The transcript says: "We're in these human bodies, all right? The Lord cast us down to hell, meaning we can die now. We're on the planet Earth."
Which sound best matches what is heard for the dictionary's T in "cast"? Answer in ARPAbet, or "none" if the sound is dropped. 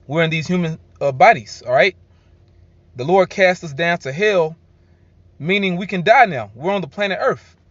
T